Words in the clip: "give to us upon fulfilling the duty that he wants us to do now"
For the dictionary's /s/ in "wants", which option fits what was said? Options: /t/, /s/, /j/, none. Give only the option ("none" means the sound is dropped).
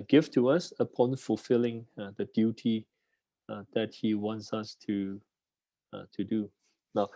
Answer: /s/